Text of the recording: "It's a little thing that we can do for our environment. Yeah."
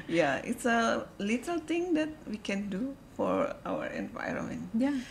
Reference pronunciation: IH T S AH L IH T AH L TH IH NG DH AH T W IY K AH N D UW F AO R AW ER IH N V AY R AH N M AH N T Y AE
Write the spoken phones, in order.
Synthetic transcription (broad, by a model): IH T S AH L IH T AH L T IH NG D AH T W IY K AH N D UW F AO R AW ER IH N V AY R AH N M AH N T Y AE